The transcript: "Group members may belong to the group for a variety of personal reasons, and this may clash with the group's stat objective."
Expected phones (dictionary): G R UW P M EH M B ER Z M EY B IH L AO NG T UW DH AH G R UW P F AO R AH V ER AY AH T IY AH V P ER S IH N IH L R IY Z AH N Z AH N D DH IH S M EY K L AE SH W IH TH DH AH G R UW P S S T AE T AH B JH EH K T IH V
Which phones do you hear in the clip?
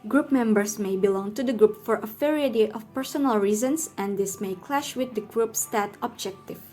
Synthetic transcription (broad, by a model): G R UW P M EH M B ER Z M EY B IH L AO NG T UW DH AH G R UW P F AO R AH F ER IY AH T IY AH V P ER S IH N IH L R IY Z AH N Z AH N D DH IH S M EY K L AE SH W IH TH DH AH G R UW P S S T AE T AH B JH EH K T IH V